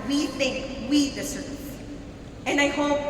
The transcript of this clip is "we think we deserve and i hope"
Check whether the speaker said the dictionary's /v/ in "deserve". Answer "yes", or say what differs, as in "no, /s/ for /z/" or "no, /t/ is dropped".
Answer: no, /v/ is dropped